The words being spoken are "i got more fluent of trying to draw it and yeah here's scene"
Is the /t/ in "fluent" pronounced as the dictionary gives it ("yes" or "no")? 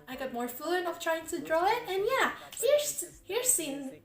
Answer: no